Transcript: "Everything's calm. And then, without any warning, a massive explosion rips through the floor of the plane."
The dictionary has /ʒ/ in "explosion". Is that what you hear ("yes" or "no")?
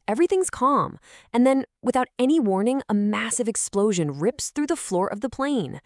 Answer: yes